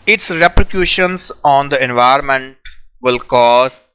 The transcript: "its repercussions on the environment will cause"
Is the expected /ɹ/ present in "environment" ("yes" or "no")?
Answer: no